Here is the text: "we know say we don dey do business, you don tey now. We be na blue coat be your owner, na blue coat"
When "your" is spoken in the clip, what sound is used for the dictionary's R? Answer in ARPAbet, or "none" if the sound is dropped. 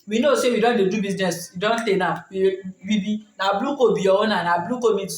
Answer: W